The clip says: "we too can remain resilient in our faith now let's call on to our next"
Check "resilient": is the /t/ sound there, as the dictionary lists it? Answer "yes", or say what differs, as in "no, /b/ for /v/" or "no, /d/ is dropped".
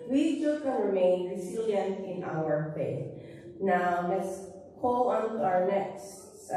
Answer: no, /t/ is dropped